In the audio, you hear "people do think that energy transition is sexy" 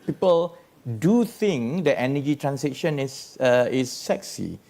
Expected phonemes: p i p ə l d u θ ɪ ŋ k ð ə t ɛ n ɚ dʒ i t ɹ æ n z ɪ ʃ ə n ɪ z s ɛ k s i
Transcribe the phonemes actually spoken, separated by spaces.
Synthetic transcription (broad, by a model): p i p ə l d u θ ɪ ŋ k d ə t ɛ n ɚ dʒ i t ɹ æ n s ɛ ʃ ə n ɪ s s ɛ k s i